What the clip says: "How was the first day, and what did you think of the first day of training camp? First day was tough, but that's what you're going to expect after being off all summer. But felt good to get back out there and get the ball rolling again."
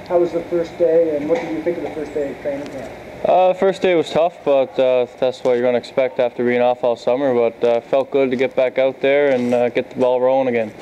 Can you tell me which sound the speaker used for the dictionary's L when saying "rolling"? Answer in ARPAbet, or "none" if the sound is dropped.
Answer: none